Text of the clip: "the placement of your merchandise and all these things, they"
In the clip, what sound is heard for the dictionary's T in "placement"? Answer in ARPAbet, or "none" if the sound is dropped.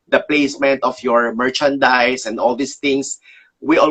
T